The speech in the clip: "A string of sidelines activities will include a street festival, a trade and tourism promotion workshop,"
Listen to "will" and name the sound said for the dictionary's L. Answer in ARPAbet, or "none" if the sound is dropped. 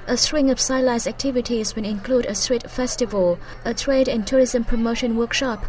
N